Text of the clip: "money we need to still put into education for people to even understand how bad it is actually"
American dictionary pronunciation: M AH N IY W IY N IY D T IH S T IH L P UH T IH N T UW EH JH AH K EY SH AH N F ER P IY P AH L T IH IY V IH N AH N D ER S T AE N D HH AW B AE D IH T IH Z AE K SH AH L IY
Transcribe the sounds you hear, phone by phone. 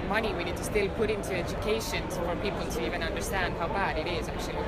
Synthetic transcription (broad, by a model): M AH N IY W IY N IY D T IH S T IH L P UH T IH N T UW EH JH AH K EY SH AH N F ER P IY P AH L T IH IY V IH N AH N D ER S T AE N D HH AW B AE D IH T IH Z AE K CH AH L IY